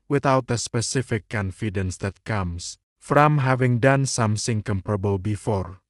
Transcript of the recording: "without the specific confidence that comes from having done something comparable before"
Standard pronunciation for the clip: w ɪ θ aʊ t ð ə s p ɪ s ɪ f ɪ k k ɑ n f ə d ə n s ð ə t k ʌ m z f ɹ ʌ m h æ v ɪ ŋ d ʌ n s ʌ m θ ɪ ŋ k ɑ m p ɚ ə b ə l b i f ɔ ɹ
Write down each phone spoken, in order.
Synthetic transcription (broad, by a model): w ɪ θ aʊ t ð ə s p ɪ s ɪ f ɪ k k ɑ n f ə d ə n s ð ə t k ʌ m s f ɹ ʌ m h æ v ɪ ŋ d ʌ n s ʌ m s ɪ ŋ k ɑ m p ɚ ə b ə l b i f ɔ ɹ